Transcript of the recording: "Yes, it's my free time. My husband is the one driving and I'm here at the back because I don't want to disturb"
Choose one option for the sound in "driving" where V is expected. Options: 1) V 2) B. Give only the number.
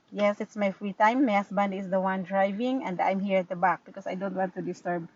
1